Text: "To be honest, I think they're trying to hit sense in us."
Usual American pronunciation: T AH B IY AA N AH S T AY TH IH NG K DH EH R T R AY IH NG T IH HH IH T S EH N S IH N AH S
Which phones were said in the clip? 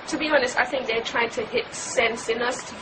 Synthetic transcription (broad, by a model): T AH B IY AA N AH S T AY TH IH NG K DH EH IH T R AY IH NG T IH HH IH T S EH N S IH N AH S